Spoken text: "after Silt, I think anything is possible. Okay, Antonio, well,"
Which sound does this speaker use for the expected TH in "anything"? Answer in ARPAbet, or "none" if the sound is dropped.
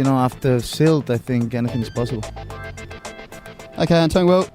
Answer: TH